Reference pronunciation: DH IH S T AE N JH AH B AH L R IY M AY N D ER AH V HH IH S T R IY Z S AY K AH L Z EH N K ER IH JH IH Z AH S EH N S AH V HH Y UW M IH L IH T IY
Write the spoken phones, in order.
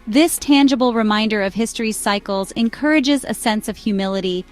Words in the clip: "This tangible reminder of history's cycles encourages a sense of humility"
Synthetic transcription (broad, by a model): DH IH S T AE N JH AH B L R IY M AY N D ER AH V HH IH S T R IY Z S AY K L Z EH N K ER IH JH IH Z AH S EH N S AH V HH Y UW M IH L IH T IY